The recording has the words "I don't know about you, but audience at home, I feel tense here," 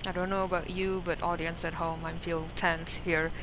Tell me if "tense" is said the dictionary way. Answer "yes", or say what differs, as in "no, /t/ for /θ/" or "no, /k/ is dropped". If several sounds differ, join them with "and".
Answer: yes